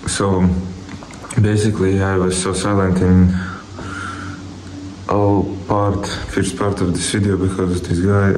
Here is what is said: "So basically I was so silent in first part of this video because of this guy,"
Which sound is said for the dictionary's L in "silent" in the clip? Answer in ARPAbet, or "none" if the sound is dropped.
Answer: L